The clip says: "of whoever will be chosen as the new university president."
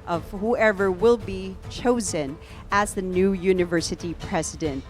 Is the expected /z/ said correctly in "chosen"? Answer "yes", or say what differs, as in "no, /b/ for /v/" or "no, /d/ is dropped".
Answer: yes